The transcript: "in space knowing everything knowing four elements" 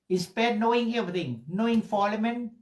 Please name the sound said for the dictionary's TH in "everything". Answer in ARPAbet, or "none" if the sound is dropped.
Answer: T